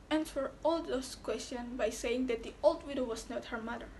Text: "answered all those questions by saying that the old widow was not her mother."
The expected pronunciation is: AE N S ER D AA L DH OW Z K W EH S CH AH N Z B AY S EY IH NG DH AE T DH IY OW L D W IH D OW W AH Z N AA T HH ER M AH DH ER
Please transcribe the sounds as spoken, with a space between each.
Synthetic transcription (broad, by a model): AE N S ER AA L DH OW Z K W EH S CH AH N B AY S EY IH NG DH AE T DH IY OW L D W IH D OW W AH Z N AA T HH ER M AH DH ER